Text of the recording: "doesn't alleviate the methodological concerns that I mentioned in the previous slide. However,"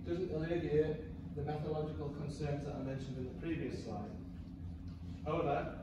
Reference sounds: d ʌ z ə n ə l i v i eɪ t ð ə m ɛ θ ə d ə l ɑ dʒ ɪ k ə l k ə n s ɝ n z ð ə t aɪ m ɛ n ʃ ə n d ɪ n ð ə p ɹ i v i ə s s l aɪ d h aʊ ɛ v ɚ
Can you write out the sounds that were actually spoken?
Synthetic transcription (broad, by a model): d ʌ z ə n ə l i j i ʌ ð ə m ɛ θ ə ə l ɑ dʒ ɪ k ə l k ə n s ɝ n z ð ə t aɪ m ɛ n ʃ ə n d ɪ n ð ə p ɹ i v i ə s s aɪ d h aʊ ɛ v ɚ